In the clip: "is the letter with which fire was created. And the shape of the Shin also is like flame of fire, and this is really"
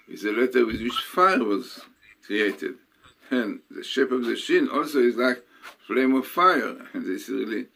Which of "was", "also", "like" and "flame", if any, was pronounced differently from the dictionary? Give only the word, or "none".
none